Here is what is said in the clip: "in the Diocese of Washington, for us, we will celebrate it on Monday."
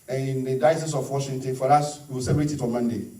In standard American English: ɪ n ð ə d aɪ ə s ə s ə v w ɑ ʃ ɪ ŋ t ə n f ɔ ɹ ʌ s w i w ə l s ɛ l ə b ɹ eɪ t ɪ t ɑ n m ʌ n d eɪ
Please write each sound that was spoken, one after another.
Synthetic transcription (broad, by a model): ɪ n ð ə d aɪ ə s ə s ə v w ɑ ʃ ɪ ŋ t ə n f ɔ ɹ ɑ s w i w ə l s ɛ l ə ɹ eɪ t ɪ t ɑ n m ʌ n d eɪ